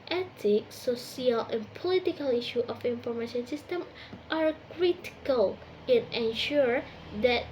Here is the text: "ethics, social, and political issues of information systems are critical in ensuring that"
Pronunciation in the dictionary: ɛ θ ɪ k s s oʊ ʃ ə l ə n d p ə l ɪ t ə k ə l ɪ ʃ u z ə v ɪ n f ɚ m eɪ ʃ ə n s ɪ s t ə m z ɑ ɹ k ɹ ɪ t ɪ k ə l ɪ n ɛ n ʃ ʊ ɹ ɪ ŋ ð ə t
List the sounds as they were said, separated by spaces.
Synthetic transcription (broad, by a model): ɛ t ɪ k s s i ə l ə n p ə l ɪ t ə k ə l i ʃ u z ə f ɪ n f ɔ m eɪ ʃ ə n s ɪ s t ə m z ɑ ɹ k ɹ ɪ t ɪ k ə l ɪ n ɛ n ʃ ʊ ɹ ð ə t